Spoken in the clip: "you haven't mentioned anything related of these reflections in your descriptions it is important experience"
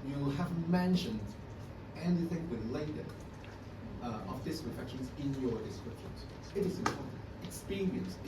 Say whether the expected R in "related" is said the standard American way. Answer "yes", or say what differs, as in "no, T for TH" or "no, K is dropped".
no, W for R